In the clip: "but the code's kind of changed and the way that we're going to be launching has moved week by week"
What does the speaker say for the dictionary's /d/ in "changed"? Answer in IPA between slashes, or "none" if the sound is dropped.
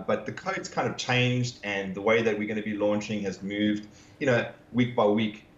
/d/